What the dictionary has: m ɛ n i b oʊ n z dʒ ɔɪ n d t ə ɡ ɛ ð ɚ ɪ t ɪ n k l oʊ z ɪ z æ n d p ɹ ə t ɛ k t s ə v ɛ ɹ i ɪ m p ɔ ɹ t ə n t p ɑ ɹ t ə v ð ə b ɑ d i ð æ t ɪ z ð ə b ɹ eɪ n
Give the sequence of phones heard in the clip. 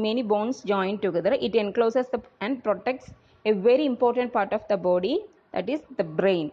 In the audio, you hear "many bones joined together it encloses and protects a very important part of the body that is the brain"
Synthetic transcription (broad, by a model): m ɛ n i b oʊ n s dʒ ɔɪ n d t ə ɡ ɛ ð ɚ ɪ t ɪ n k l oʊ s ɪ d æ n d p ɹ ə t ɛ k t s ə v ɛ ɹ i ɪ m p ɔ ɹ t ə n t p ɑ ɹ t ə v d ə b ɑ d i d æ t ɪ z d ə b ɹ eɪ n